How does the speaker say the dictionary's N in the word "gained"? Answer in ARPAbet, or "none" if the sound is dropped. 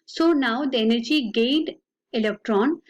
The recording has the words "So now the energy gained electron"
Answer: none